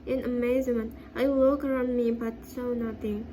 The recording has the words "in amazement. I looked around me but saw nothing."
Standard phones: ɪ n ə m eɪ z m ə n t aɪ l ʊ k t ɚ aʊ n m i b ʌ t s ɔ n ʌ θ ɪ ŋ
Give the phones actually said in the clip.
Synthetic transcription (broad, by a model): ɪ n ə m eɪ z m ə n t aɪ w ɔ k ɚ aʊ n m i b ʌ t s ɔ n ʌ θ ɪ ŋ